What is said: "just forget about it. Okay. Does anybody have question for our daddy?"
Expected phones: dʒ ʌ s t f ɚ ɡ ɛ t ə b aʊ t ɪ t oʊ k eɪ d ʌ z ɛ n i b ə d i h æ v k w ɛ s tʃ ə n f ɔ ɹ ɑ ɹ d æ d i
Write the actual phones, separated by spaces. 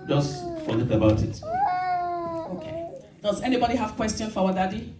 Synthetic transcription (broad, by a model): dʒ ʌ s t f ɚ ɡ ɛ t ə b aʊ t ɪ t oʊ k eɪ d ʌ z ɛ n i b ə d i h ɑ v k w ɛ s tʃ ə n f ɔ w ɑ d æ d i